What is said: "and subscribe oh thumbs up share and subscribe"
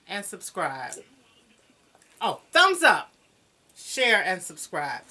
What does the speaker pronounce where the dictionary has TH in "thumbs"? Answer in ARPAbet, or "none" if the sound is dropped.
TH